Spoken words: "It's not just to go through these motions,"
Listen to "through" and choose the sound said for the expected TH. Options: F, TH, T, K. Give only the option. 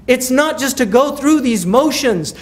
TH